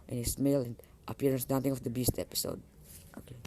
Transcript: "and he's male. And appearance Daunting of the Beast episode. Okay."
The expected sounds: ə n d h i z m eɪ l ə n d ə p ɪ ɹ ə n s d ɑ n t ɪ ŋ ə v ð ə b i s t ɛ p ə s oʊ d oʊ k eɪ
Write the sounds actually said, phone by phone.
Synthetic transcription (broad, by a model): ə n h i s m eɪ l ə n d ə p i ɹ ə n s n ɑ t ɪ ŋ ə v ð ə b i s t ɛ p ə s oʊ d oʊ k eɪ